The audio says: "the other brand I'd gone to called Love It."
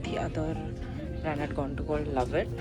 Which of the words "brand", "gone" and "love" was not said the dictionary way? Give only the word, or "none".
brand